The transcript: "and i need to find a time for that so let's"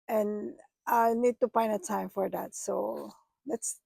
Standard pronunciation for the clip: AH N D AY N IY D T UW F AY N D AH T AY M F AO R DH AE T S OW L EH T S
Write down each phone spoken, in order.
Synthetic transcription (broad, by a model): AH N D AY N IY D T UW P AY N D AH T AY M F AO R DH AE T S OW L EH T S